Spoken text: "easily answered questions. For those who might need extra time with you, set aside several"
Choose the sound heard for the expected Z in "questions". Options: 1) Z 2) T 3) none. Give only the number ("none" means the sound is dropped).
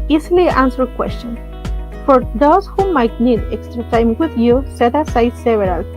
3